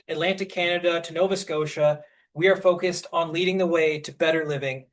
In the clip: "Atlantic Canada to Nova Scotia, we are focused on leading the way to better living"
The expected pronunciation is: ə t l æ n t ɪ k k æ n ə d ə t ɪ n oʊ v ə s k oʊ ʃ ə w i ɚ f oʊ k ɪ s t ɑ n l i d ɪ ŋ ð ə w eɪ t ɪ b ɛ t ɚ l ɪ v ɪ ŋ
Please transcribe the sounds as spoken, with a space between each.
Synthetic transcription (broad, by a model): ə t l æ n t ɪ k k æ n ə d ə t ɪ n oʊ v ə s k oʊ ʃ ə w i ɚ f oʊ k ɪ s t n l i d ɪ ŋ ð ə w eɪ t ɪ b ɛ t ɚ l ɪ v ɪ ŋ